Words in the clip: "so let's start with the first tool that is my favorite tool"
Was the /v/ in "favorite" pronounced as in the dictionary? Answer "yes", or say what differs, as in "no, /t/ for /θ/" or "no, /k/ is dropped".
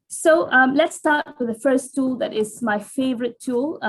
yes